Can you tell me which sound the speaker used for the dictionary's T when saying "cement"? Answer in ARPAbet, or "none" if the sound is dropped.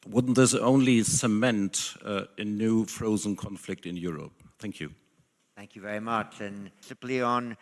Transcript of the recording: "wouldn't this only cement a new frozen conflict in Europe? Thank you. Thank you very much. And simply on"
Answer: T